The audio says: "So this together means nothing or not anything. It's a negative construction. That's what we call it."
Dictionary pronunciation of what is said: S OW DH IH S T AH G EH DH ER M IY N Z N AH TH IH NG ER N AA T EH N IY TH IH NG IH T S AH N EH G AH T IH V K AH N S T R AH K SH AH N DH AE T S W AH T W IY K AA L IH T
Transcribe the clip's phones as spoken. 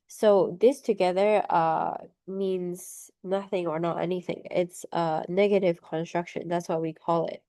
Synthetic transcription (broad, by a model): S OW DH IH S T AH G EH DH ER M IY N Z N AH TH IH NG ER N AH T EH N IY TH IH NG IH T S AH N EH G AH T IH V K AH N S T R AH K SH AH N DH AE T S W AH T W IY K AA L IH T